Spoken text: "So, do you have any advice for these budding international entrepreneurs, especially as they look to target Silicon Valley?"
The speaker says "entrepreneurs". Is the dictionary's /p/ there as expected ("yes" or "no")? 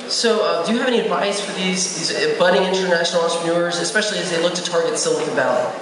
no